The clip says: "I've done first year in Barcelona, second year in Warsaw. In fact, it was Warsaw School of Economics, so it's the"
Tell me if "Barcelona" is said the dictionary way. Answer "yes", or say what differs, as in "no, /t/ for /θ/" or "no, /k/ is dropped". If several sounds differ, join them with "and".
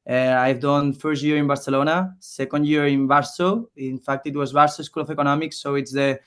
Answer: yes